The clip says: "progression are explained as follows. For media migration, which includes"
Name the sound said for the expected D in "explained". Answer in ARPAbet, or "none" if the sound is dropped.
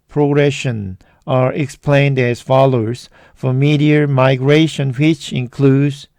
D